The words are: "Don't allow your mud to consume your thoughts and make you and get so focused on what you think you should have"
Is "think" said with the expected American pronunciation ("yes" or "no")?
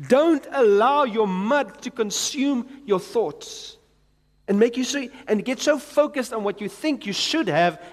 yes